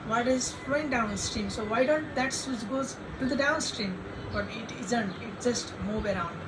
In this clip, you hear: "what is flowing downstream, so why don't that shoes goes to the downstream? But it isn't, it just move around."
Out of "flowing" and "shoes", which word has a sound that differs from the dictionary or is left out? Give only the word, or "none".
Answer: shoes